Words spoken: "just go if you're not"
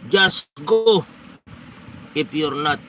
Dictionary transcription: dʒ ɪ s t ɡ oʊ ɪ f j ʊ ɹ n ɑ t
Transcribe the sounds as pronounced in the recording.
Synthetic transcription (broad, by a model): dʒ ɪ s ɡ oʊ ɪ p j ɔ ɹ n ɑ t